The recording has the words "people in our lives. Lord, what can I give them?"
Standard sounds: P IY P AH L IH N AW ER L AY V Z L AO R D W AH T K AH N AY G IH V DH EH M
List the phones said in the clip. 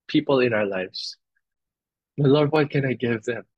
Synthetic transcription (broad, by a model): P IY P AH L IH N AW ER L AY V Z L AO R D W AH T K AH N AY G IH V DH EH M